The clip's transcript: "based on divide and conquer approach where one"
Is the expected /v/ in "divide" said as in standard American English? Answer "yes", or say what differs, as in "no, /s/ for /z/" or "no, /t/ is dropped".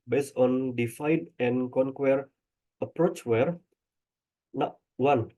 no, /f/ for /v/